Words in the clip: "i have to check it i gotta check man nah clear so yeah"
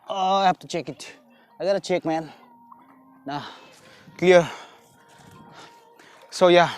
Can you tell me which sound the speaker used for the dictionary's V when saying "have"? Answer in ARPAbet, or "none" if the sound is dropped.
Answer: P